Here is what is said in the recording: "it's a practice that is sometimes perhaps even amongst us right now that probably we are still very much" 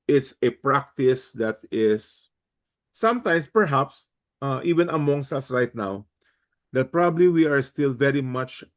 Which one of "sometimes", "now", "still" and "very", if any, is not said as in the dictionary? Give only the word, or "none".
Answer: sometimes